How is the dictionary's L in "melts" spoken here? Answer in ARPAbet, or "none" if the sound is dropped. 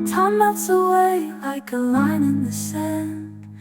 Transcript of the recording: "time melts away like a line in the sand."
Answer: none